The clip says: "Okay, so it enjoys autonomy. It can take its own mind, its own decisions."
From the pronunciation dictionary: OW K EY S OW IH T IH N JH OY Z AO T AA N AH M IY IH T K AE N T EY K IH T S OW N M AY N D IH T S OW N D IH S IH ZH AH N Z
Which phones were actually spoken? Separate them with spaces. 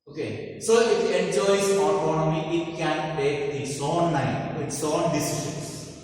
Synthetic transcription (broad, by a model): OW K EY S OW IH T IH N JH OY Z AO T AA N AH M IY IH T K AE N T EY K IH T S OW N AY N IH T S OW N D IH S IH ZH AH N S